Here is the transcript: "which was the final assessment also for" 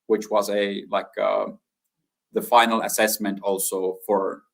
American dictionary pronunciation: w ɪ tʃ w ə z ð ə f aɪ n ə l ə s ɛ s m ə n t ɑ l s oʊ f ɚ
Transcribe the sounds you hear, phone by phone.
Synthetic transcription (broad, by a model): w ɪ tʃ w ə z ð ə f aɪ n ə l ə s ɛ s m ə n t ɑ l s oʊ f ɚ